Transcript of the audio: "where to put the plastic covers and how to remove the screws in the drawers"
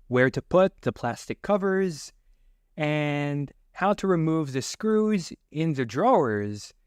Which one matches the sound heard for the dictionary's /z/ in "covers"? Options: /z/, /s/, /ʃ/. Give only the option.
/z/